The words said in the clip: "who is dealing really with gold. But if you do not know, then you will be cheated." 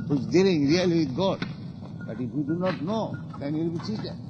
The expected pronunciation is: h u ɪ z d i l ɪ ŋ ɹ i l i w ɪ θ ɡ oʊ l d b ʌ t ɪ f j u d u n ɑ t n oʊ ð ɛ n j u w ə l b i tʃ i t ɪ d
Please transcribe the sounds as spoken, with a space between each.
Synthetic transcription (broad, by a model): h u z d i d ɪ ŋ ɹ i l i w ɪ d ɡ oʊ d b ʌ t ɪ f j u d u n ɑ t n oʊ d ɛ n j u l b i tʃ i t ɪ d